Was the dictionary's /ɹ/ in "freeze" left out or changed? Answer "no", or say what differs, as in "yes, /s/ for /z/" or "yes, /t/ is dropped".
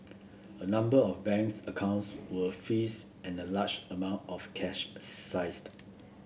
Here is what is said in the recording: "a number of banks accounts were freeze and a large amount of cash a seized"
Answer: yes, /ɹ/ is dropped